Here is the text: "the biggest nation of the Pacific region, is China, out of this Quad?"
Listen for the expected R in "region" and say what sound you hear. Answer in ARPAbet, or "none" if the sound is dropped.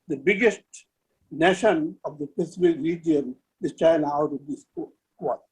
R